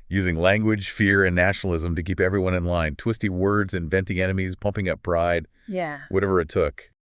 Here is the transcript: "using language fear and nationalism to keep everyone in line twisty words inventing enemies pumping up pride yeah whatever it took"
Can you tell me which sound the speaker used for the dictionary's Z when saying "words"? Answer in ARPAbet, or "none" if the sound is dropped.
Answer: Z